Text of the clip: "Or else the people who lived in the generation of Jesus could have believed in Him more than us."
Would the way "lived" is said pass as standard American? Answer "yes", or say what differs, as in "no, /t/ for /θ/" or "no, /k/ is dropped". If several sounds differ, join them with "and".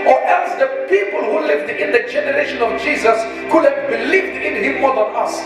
yes